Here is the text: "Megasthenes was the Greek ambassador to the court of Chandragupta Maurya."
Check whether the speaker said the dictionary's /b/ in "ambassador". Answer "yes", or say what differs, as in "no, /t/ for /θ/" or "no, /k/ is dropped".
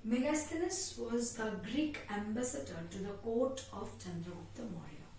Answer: yes